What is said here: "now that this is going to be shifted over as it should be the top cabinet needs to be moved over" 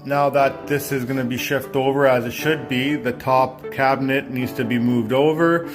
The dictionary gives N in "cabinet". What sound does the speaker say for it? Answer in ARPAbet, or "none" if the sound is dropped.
N